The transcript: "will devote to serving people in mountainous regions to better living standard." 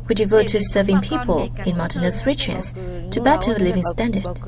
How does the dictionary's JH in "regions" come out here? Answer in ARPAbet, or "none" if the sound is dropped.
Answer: CH